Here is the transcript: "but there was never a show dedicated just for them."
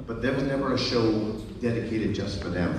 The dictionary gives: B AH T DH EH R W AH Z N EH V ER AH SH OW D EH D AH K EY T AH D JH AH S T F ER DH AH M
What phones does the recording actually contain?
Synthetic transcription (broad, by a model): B AH T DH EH R W AH Z N EH V ER AH SH OW D EH D AH K EY T AH D JH AH S T F ER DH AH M